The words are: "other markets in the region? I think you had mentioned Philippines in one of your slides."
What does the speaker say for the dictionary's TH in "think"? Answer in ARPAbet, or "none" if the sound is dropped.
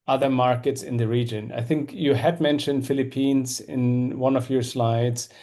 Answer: TH